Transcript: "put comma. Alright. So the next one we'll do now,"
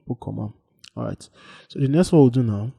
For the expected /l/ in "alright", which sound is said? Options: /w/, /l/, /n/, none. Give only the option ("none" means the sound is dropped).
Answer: none